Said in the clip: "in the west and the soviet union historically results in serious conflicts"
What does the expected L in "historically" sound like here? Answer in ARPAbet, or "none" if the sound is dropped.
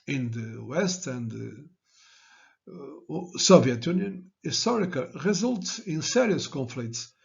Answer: none